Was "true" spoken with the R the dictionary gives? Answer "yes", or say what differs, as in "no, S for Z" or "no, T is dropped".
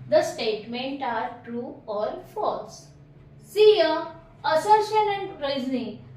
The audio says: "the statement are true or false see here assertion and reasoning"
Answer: yes